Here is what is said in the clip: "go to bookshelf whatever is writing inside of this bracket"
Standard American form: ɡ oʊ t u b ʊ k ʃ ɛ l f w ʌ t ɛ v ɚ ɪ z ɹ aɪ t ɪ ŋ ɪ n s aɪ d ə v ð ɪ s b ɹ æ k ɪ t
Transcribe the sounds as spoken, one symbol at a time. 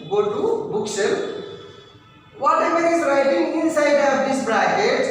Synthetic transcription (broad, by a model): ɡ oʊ t u b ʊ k s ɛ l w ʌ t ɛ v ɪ s ɹ aɪ t ɪ ŋ ɪ n s aɪ d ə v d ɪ s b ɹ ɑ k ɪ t